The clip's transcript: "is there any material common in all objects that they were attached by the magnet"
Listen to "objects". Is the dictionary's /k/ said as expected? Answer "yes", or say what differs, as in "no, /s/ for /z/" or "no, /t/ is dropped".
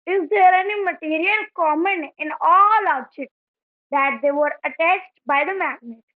no, /k/ is dropped